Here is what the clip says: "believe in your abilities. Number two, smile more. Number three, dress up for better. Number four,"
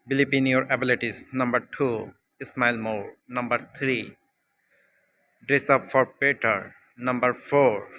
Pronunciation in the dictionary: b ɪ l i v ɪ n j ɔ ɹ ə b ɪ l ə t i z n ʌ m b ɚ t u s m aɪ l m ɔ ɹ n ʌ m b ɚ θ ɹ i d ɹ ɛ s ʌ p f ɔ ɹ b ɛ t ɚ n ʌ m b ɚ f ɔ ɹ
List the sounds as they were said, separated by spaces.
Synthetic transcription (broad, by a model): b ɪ l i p ɪ n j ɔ ɹ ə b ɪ l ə t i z n ʌ m b ɚ t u s m aɪ l m ɔ ɹ n ʌ m b ɚ t ɹ i d ɹ ɛ s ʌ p f ɔ ɹ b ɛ t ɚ n ʌ m b ɚ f ɔ ɹ